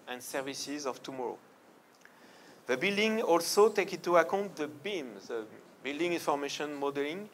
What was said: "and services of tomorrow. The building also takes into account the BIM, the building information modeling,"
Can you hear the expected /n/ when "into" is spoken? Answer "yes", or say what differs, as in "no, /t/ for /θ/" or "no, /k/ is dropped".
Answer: no, /n/ is dropped